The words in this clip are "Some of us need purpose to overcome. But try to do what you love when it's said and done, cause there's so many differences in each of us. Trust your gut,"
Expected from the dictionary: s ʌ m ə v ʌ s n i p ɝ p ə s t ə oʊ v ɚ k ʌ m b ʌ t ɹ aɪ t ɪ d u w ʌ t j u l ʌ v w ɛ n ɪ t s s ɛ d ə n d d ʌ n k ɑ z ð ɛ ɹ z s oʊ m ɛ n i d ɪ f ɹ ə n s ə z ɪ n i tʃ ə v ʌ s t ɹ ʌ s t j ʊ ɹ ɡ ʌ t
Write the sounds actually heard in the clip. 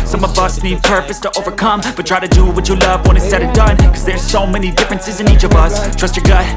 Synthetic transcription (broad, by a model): s ʌ m ə v ʌ s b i p ɝ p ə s t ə oʊ v ɚ k ʌ m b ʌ t ɹ aɪ t ɪ d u w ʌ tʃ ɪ l ʌ v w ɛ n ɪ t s s ɛ d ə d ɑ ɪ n k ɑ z ð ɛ ɹ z s oʊ m ɛ n i d ɪ f ɹ ə n s ə z ɪ n i tʃ ə v ʌ s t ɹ ʌ s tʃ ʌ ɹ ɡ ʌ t